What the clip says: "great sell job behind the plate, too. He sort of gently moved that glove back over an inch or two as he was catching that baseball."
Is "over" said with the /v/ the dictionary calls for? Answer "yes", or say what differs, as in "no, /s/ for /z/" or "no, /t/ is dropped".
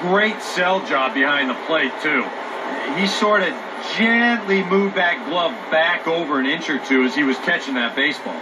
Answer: yes